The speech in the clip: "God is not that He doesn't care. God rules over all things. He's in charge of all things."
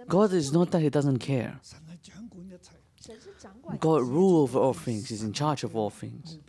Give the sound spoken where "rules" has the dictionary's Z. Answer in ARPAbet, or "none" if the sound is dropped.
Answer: none